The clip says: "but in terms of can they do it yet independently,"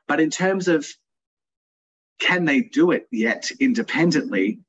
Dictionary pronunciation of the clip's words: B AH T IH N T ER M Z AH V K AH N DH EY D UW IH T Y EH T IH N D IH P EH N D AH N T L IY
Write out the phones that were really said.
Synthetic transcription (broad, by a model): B AH T IH N T ER M Z AH V K AH N DH EY D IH IH T Y EH T IH N D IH P EH N D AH N T L IY